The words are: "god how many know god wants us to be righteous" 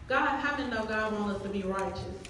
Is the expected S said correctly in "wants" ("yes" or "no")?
no